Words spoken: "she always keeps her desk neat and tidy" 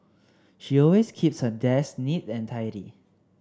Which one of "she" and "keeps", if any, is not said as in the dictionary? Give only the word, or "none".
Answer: none